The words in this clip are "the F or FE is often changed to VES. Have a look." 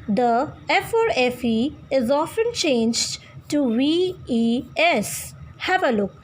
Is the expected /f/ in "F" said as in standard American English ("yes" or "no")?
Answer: yes